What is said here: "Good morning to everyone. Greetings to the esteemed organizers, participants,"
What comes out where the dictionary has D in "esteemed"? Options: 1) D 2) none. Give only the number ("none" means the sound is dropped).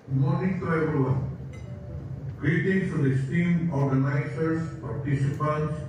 2